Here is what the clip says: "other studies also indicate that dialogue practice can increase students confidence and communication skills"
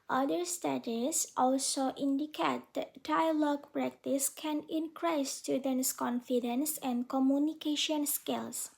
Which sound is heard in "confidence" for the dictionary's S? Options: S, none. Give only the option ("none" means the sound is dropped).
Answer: S